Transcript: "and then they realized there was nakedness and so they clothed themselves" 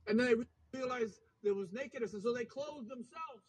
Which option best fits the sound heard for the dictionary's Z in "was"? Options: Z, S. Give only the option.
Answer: Z